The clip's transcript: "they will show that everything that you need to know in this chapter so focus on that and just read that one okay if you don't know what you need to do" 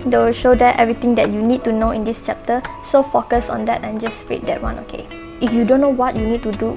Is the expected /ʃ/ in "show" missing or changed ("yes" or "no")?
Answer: no